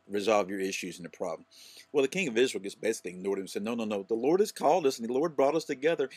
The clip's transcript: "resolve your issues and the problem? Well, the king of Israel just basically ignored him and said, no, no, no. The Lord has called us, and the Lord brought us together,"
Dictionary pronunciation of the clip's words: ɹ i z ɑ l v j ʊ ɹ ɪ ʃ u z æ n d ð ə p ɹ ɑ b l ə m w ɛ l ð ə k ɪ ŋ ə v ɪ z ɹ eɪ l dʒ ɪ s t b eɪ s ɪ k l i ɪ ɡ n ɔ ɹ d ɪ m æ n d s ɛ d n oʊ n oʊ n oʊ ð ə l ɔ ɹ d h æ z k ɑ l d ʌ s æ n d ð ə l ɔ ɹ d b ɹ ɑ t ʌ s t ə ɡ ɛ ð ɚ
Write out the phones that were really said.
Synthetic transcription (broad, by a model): ɹ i z ɑ l v j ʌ ɹ ɪ ʃ u z n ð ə p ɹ ɑ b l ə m w ɛ l ð ə k ɪ ŋ ə v ɪ z ɹ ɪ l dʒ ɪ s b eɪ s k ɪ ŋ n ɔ ɹ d ɪ m s ɛ d n oʊ n oʊ n oʊ ð ə l ɔ ɹ d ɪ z k ɑ l d ʌ s n ð ə l ɔ ɹ d b ɹ ɑ t ʌ s t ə ɡ ɛ ð ɚ